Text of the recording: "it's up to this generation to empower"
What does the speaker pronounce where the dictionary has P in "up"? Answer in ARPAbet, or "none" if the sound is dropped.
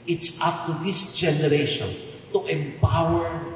F